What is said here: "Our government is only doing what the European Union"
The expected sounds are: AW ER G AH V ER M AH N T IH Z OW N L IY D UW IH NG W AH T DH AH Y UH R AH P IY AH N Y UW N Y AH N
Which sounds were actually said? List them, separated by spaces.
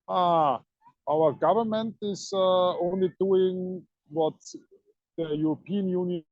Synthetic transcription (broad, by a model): AW ER G AH V ER M AH N T IH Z OW N L IY D UW IH NG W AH T DH AH Y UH R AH P IY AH N Y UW N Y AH